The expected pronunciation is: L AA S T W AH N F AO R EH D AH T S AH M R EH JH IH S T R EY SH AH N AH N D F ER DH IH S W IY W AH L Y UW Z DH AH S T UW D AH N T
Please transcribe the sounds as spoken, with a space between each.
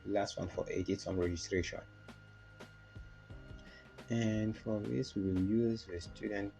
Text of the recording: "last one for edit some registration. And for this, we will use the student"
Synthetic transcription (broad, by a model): L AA S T W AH N F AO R EH D AH T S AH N R EH JH IH S T R EY SH AH N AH N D F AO DH IH S W IY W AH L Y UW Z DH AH S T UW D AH N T